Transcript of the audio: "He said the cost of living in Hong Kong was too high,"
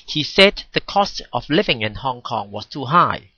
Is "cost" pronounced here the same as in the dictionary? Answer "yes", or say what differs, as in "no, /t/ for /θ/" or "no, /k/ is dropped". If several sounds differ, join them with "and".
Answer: yes